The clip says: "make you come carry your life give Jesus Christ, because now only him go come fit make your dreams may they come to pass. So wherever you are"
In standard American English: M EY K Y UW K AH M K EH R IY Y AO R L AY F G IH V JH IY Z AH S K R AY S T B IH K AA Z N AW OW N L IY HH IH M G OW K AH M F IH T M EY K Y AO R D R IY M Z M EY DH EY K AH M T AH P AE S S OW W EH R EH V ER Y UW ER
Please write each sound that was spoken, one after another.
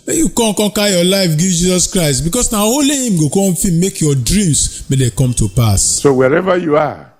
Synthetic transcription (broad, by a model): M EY Y UW K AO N K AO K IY Y AO L AY F G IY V JH IY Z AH S K R AY S T B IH K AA S N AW OW L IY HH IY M G OW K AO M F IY M EY K Y AO D R IY M S M EY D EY K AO M T AH P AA S S OW W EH R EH V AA Y UW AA